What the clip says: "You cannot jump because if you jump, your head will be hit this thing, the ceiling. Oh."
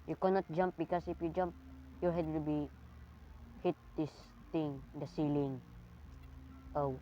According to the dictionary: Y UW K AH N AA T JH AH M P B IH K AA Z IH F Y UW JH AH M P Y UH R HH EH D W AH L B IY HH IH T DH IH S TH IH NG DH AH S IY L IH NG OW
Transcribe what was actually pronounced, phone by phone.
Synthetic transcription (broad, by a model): Y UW K AH N AA T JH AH M P B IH K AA S IH F Y UW JH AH M P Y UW HH EH D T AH B IY HH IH T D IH S T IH NG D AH S IY L IH NG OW